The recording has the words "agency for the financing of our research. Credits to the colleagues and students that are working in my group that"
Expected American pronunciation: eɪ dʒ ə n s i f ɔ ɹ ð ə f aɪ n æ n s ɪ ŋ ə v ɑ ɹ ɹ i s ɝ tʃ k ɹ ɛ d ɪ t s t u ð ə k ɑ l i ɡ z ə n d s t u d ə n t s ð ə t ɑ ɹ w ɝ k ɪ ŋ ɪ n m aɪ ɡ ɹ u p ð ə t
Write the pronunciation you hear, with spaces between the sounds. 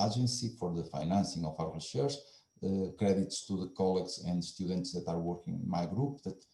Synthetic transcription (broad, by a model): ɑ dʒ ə n s i f ɔ ɹ ð ə f aɪ n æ n s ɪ ŋ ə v ɑ w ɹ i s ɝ ʃ k ɹ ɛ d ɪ t s t u ð ə k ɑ l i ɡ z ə n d s t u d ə n t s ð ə t ɑ ɹ w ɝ k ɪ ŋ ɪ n m aɪ ɡ ɹ u p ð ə t